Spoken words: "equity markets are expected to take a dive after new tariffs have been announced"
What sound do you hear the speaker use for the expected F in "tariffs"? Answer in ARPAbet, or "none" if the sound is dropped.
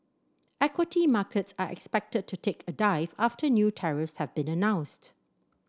F